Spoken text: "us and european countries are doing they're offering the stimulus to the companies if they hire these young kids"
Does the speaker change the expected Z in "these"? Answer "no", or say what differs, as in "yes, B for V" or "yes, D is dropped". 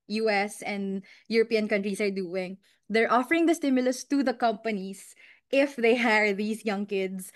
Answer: yes, S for Z